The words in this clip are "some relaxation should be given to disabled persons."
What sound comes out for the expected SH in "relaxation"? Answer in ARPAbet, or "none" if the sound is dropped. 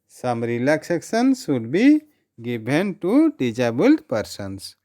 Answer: S